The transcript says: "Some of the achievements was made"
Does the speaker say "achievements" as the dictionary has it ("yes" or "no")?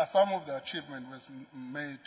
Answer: no